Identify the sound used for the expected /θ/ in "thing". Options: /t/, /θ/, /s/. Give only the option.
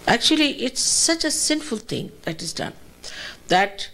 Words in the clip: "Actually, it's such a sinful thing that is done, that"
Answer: /t/